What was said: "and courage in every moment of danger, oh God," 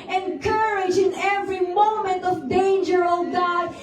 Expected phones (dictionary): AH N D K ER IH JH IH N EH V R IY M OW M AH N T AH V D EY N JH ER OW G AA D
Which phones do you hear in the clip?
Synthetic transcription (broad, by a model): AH N K ER IH JH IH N EH V R IY M OW M AH N T AH V D EY N JH ER OW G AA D